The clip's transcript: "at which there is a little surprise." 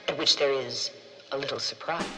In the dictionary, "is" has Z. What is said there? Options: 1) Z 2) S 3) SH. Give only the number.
1